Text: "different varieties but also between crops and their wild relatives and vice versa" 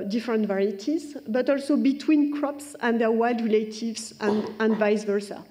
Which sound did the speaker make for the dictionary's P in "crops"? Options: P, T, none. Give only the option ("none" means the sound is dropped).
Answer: P